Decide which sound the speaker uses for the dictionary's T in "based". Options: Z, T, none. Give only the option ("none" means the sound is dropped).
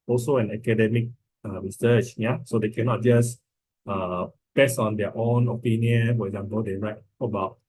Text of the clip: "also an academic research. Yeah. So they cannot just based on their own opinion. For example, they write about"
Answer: none